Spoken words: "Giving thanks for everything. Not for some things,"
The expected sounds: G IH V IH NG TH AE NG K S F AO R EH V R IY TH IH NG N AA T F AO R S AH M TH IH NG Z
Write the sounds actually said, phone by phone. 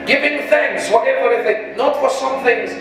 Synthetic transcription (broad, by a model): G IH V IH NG TH AE NG K S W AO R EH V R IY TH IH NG N AA T F AO R S AH M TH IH NG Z